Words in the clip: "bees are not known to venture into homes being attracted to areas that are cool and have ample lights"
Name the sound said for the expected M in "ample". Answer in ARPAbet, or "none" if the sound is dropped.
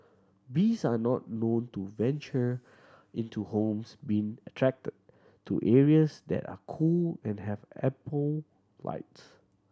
none